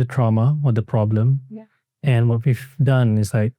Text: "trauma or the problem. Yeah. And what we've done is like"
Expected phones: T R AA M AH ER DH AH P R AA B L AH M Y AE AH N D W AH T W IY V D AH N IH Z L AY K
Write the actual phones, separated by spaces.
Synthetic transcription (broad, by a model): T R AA M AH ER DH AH P R AA B L AH M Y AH N W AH T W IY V D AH N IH S L AY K